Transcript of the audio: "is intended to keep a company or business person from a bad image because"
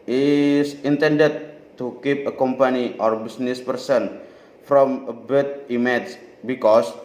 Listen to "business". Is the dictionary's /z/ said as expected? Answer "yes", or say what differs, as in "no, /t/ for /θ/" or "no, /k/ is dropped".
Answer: no, /s/ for /z/